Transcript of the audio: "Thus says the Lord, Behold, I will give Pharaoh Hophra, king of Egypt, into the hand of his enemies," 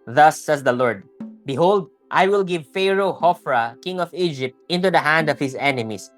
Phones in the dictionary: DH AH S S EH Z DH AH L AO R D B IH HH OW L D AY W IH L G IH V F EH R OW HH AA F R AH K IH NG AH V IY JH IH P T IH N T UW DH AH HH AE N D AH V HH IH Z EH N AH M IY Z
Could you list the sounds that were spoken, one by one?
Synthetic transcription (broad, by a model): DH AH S S EH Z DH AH L AO R D B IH HH OW L D AY W IH L G IH V F EH R OW HH AA F R AH K IH NG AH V IY JH IH P T IH N T UW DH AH HH AE N D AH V HH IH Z EH N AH M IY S